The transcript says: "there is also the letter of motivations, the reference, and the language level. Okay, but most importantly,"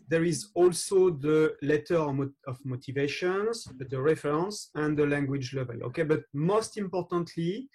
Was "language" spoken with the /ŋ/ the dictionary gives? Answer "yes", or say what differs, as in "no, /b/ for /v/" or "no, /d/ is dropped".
yes